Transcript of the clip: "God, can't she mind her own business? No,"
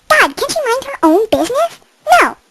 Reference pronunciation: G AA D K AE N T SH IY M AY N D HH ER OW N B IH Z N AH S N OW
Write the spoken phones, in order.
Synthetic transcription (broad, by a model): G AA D K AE N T SH IY M AY N D HH ER OW N B IH Z N AH S N OW